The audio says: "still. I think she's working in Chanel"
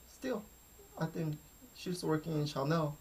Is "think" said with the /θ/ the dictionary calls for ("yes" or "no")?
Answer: yes